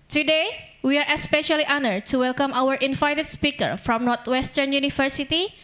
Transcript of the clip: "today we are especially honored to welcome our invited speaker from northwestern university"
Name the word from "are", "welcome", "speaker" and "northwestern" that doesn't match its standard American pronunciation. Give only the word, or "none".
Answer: northwestern